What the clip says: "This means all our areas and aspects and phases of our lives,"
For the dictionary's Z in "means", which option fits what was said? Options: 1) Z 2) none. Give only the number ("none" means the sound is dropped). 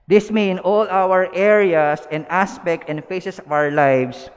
2